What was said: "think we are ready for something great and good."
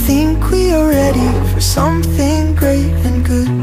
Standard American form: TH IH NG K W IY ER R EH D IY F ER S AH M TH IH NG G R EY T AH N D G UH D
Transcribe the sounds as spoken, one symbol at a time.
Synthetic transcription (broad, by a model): TH IH NG K W IY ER R EH D IY F ER S AH M TH IH NG G R EY T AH N G UH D